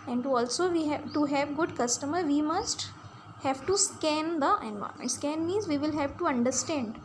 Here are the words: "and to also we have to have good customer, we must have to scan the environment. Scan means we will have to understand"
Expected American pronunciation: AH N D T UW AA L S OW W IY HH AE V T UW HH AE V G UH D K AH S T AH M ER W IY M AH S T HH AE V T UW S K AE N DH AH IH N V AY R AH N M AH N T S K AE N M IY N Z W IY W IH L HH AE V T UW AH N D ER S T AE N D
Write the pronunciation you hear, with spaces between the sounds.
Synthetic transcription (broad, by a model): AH N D T UW AA L S OW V IY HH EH T UW HH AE V G UH D K AH S T AH M ER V IY M AH S T HH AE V T UW S K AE N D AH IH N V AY AH M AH N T S K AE N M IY Z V IY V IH L HH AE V T UW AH N D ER S T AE N D